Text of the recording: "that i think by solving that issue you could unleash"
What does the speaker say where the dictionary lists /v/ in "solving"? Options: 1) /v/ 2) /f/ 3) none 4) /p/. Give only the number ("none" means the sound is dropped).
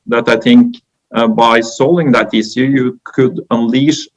3